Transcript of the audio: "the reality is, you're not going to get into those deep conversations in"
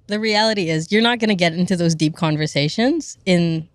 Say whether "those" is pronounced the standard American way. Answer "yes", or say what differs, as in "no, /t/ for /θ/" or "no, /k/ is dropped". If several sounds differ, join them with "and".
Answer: yes